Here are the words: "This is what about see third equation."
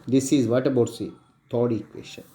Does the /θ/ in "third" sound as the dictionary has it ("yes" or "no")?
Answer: no